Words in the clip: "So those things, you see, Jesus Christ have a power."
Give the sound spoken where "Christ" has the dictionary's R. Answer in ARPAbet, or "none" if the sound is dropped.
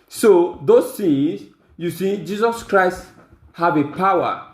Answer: R